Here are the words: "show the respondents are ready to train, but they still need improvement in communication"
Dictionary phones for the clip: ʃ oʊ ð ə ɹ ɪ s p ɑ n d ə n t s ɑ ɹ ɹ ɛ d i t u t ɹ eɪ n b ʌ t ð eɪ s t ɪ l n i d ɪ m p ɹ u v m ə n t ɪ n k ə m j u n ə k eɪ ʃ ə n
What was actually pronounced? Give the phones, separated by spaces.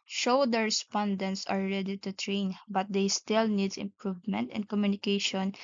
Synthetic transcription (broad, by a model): ʃ oʊ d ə ɹ ɪ s p ɑ n d ə n t s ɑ l ɹ ɛ d i t u t ɹ eɪ n b ʌ t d eɪ s t ɪ l n i d ɪ m p ɹ u v m ə n t ɪ n k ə m j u n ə k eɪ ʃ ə n